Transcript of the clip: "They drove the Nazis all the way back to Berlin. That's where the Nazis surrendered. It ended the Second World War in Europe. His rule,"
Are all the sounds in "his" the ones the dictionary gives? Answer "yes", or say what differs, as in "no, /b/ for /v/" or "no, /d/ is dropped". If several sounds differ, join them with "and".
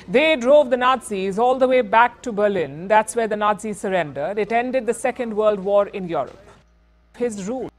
yes